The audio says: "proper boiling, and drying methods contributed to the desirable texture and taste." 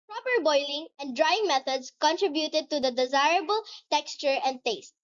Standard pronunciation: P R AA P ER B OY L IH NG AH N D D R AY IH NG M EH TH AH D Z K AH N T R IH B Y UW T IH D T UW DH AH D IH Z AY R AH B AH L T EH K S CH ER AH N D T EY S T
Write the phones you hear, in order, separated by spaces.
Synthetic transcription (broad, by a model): P R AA P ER B OY L IH NG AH N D D R AY IH NG M EH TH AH D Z K AH N T R IH B Y UW T IH D T UW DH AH D IH Z AY R AH B AH L T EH K S CH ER AH N D T EY S T